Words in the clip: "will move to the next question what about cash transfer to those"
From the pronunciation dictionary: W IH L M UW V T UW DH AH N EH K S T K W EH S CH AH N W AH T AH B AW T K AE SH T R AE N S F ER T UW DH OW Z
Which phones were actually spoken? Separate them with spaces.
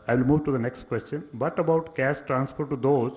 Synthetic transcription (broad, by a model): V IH L M UW V T UW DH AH N EH K S T K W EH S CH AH N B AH T AH B AW T K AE S T R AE N S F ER T UW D OW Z